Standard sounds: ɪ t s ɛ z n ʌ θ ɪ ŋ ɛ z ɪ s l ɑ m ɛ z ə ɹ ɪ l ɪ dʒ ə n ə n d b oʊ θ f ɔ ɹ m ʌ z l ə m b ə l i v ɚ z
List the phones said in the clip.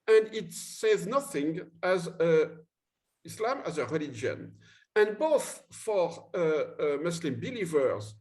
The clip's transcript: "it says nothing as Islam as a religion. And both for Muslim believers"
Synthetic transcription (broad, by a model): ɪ t s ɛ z n ʌ θ ɪ ŋ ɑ z ɪ s l ɑ m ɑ z ə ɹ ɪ l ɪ dʒ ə n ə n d b oʊ θ f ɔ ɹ m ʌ s l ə m b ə l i v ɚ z